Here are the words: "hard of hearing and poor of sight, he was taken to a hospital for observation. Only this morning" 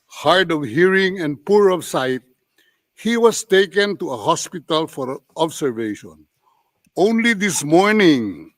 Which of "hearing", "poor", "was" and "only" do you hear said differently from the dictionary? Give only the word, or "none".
was